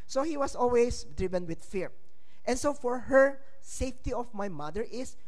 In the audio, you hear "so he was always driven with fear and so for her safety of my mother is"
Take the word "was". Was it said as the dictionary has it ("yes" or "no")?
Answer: no